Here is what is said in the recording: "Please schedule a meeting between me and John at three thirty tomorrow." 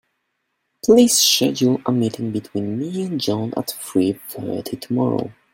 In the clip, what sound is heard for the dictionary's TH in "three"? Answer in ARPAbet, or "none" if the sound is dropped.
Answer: F